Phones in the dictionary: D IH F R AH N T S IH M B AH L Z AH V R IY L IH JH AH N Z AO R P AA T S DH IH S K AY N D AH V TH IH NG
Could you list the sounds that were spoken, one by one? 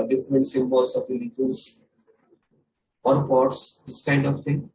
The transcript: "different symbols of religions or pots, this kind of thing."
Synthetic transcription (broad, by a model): D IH F R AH N T S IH M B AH L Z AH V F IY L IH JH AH Z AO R P AA T S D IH S K AY N D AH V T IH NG